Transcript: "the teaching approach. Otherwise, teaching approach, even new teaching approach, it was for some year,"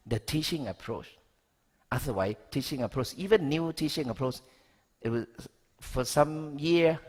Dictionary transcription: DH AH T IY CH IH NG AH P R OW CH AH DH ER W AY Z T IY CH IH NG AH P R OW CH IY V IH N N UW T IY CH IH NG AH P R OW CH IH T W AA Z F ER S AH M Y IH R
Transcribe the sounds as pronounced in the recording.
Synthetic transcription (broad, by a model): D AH T IY CH IH NG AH P R OW CH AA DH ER W AY T IY CH IH NG AH P R OW CH IY V IH N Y UW T IY CH IH NG AH P R OW CH IH T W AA F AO S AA M Y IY